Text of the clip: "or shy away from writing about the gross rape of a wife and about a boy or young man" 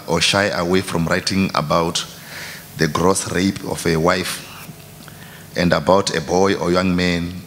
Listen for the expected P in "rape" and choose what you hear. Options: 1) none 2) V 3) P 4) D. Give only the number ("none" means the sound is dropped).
3